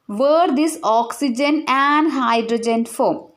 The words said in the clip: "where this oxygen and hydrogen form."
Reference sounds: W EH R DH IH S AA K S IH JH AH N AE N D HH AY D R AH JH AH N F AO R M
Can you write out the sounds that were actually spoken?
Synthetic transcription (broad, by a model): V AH R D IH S AA K S IH JH AH N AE N D HH AY D R AH JH AH N F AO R M